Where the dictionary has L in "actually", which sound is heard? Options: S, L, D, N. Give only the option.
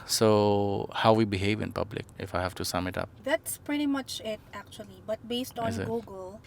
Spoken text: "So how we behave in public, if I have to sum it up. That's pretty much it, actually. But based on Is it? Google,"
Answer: L